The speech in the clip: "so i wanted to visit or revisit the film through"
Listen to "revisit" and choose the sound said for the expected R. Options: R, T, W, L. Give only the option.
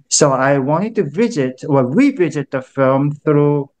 W